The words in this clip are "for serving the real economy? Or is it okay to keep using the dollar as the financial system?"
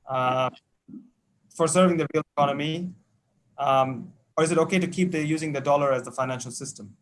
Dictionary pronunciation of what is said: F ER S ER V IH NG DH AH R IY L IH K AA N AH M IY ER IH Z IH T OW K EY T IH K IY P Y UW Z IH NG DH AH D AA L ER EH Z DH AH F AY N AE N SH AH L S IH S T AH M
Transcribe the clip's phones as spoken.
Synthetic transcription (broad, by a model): F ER S ER V IH NG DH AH R IY L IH K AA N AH M IY ER IH Z IH T OW K EY T IH K IY P Y UW Z IH NG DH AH D AA L ER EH Z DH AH F AY N AE N SH AH L S IH S T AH M